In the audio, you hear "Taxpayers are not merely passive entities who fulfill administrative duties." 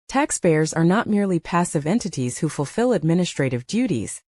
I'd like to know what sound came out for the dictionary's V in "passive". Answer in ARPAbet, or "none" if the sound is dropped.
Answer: V